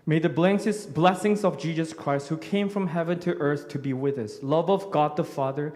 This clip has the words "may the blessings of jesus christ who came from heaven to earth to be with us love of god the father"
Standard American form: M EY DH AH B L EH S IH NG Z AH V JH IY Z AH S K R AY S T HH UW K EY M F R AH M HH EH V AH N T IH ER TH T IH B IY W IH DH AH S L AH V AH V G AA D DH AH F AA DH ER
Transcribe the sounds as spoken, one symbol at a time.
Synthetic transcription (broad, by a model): M EY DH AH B L EH S IH NG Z AH V JH IY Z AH S K R AY S T HH UW K EY M F R AH M HH EH V AH N T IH ER TH T IH B IY W IH DH AH S L AH V AH V G AA D DH AH F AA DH ER